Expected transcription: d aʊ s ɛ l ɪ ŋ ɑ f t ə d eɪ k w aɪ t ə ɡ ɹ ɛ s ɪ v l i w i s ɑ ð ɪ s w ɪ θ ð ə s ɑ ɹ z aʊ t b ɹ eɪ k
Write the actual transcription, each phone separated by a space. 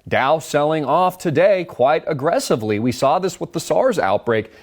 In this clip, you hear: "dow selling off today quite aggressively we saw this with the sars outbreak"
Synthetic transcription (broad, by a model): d aʊ s ɛ l ɪ ŋ ɑ f t ə d eɪ k w aɪ t ə ɡ ɹ ɛ s ɪ v l i w i s ɑ ð ɪ s w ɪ ð ə s ɑ ɹ z aʊ t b ɹ eɪ k